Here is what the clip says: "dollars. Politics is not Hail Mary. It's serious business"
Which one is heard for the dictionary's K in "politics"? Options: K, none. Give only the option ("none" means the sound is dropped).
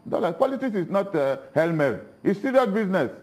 none